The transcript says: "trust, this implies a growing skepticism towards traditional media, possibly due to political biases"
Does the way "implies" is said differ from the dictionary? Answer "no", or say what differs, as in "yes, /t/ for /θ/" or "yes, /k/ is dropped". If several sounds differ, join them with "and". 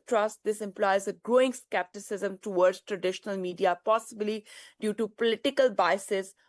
no